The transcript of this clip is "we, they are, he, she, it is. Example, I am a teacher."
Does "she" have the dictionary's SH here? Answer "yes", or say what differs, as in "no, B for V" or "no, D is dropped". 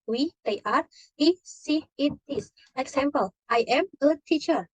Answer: no, S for SH